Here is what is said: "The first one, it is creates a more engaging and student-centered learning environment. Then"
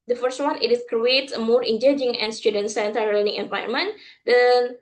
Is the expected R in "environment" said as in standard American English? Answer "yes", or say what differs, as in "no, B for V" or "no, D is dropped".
no, R is dropped